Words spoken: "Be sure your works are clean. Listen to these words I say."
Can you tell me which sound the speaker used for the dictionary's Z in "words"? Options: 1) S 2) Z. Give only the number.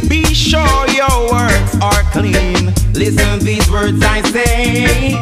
2